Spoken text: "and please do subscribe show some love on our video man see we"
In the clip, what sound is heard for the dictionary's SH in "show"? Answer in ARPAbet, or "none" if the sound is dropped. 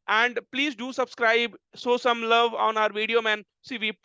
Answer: S